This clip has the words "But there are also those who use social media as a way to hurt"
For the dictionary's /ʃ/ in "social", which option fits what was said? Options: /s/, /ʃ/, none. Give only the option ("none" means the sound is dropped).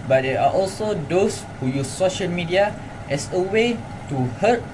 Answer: /ʃ/